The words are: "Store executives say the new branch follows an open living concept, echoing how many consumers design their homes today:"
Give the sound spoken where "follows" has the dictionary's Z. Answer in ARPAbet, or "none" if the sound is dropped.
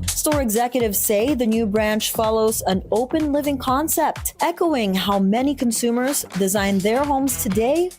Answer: Z